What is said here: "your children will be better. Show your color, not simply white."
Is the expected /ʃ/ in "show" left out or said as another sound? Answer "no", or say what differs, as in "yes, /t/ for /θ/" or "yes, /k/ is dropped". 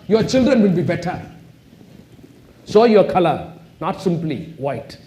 yes, /s/ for /ʃ/